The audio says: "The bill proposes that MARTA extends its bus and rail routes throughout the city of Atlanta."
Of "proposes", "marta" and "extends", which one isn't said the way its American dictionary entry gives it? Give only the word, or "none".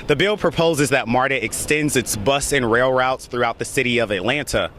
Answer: none